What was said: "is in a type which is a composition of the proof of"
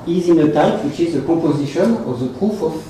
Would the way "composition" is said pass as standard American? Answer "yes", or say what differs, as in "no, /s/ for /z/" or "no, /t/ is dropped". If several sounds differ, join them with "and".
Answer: no, /m/ is dropped